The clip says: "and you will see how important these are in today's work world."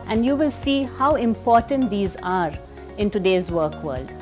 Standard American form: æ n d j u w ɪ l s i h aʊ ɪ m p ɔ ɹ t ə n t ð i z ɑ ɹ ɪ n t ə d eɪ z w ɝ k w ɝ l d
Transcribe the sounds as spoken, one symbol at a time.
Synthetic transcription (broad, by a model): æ n d j u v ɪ l s i h aʊ ɪ m p ɔ ɹ t ə n t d i z ɑ ɹ ɪ n t ə d eɪ z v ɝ k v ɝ l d